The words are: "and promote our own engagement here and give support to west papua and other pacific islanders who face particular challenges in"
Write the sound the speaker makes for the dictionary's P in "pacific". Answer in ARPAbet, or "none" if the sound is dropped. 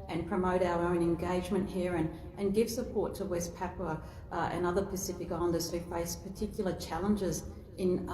P